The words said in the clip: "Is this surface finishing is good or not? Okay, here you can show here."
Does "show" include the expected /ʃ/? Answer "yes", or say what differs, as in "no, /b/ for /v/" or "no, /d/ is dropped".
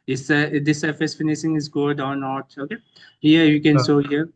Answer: no, /s/ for /ʃ/